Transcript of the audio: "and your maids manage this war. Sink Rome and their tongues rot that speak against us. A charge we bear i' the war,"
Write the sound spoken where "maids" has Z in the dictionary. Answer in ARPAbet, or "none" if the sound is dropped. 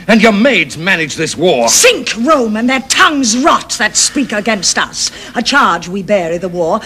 Z